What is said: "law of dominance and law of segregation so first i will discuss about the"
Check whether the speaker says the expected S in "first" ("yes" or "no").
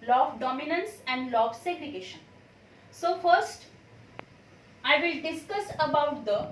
yes